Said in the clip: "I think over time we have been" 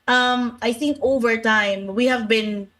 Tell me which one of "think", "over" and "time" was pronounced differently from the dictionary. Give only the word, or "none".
none